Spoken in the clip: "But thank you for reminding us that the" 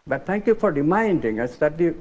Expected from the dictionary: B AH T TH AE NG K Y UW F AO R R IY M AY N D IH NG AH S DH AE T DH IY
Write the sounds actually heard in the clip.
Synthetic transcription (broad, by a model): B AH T T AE NG K Y UW F AO R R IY M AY N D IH NG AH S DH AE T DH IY